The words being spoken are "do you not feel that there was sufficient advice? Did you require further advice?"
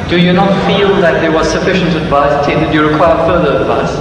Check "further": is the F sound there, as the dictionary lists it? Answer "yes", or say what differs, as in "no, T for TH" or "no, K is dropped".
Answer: yes